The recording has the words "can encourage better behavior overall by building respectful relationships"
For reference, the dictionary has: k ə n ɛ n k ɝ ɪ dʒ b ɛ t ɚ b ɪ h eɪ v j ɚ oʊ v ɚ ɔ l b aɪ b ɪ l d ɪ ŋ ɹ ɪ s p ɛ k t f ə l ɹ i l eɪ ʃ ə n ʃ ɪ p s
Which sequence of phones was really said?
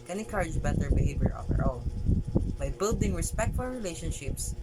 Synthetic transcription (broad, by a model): k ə n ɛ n k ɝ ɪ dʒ b ɛ t ɚ b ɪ h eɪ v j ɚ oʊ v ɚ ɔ n b aɪ b ɪ l d ɪ ŋ ɹ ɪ s p ɛ k t f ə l ɹ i l eɪ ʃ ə n ʃ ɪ p s